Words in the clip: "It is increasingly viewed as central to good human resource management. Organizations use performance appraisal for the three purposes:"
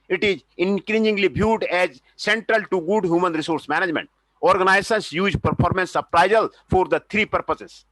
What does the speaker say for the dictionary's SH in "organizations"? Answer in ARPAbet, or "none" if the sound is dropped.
S